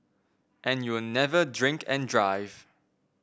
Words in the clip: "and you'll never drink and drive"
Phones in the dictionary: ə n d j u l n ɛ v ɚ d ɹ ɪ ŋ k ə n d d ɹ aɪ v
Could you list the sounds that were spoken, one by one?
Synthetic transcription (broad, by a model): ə n j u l n ɛ v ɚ d ɹ ɪ ŋ k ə n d d ɹ aɪ v